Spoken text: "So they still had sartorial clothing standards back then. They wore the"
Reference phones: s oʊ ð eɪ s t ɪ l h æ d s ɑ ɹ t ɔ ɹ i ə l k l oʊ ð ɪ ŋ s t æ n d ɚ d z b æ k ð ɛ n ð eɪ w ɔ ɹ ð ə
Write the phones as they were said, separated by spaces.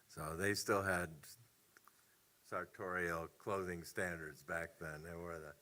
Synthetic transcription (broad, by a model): s oʊ ð eɪ s t ɪ l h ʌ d s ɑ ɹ t ɔ ɹ i l k l oʊ ð ɪ ŋ s t æ n d ɚ d z b æ k ð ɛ n ð eɪ w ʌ ɹ ð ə